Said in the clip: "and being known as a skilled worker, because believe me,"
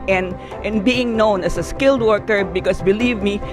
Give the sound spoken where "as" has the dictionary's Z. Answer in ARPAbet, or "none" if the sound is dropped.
S